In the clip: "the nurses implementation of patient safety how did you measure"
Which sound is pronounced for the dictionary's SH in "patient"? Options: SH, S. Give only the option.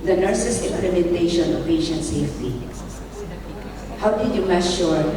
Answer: SH